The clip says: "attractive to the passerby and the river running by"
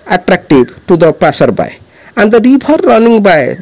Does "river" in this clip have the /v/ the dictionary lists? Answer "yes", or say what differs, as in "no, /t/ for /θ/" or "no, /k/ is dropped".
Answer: no, /p/ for /v/